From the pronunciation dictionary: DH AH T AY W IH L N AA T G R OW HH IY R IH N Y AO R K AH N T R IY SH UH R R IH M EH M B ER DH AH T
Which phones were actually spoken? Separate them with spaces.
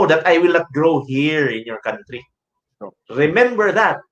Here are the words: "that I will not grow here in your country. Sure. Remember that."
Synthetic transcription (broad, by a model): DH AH T AY W IH L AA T G R OW HH IY R IH N Y AO R K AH N T R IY S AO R R IH M EH M B ER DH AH T